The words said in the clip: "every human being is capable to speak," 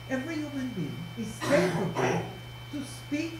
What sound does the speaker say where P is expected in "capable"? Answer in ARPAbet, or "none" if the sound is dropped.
none